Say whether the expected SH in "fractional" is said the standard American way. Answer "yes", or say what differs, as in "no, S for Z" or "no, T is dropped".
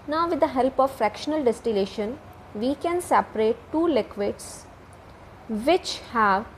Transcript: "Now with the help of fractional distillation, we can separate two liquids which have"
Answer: yes